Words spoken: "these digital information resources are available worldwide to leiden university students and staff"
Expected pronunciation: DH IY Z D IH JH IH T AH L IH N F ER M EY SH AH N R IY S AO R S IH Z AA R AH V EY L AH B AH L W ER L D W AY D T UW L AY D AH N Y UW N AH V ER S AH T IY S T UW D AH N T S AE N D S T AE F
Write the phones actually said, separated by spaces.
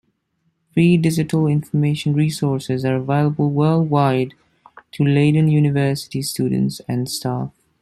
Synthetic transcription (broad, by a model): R IY D IH JH IH T AH L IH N F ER M EY SH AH N R IY S AO R S IH Z AA R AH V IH L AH B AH L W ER L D W AY D T UW L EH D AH N Y UW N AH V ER S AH T IY S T UW D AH N T S AE N D S T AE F